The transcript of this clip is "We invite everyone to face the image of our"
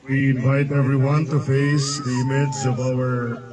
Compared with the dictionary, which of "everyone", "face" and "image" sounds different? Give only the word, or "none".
image